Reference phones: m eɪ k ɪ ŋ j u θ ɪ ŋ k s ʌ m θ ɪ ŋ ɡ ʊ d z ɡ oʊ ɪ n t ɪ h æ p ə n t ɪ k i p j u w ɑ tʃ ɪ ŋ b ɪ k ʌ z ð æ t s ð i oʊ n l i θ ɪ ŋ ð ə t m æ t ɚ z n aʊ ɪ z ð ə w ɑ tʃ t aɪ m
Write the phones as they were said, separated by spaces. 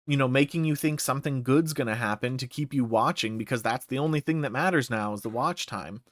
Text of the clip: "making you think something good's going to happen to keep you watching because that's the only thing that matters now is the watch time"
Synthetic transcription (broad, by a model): m eɪ k ɪ ŋ j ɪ θ ɪ ŋ k s ʌ m θ ɪ ŋ ɡ ʊ d z ɡ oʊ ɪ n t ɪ h æ p ə n t ɪ k i p j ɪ w ɑ tʃ ɪ ŋ b ɪ k ʌ z ð æ t s ð i oʊ n l i θ ɪ ŋ ð ə t m æ t ɚ z n aʊ ɪ z ð ə w ɑ tʃ t aɪ m